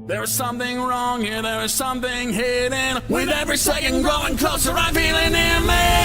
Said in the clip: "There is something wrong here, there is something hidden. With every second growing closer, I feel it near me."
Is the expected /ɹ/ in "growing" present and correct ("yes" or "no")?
no